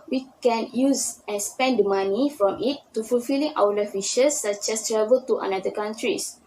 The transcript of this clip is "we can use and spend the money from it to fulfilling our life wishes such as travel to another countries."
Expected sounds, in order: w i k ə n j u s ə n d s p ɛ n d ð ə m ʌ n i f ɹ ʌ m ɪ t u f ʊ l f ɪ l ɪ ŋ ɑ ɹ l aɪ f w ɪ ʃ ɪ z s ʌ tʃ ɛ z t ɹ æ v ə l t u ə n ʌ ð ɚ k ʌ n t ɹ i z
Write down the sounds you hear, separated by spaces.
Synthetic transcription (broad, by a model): w i k ə n j u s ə n s p ɛ n d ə m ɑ n i f ɹ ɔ m ɪ t u f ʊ l f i l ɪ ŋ ɑ w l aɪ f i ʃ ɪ s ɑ tʃ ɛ s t ɹ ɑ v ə l t u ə n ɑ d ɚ k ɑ n t ɹ i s